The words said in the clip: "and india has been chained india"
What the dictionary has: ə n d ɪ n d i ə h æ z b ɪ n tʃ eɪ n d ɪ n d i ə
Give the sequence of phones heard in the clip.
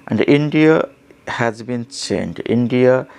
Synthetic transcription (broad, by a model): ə n d ɪ n d i ə h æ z b ɪ n s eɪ n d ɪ n d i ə